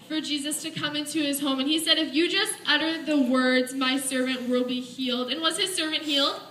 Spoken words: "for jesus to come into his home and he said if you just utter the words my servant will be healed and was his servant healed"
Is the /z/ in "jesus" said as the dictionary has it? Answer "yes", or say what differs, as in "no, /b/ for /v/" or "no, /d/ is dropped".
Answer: yes